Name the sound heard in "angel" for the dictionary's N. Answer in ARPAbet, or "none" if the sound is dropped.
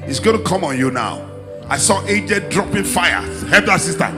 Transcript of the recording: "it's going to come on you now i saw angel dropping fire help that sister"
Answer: none